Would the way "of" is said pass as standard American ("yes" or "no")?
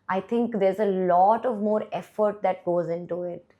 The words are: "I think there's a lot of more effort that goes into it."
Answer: yes